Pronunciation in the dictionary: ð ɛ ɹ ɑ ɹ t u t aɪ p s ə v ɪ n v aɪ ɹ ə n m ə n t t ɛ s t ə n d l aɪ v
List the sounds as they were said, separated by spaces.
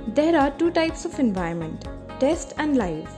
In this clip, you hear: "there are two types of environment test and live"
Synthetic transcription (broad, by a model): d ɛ ɹ ɑ ɹ t u t aɪ p s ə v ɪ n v aɪ ə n m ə n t t ɛ s t ə n d l aɪ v